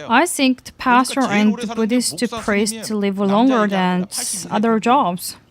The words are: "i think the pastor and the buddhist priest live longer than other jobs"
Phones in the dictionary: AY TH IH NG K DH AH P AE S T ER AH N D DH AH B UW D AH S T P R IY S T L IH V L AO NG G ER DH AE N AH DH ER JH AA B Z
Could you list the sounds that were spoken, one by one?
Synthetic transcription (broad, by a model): AY TH IH NG K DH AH P AE S T ER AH N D DH AH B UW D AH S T P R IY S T L IH V L AO NG G ER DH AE N AH DH ER JH AA B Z